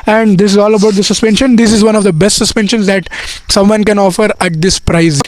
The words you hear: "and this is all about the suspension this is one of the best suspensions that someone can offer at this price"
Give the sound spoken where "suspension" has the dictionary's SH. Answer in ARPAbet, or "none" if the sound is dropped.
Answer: SH